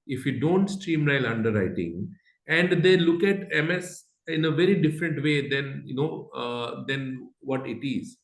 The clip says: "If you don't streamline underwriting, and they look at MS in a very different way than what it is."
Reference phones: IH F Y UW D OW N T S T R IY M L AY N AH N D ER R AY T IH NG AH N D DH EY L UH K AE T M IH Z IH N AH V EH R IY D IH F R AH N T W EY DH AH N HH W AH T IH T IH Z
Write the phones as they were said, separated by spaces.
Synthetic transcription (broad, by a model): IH F Y UW D OW N T S T R IY M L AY L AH N D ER R AY T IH NG AH N D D EY L UH K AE T M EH S IH N AH V EH R IY D IH F R AH N T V EY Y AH N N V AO T IH T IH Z